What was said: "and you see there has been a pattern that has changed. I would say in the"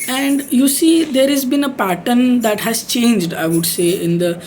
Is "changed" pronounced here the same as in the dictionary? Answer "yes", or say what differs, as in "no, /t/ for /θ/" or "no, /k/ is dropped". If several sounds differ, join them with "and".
yes